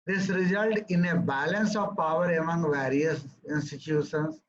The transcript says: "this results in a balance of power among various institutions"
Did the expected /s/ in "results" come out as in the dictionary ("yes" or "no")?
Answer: no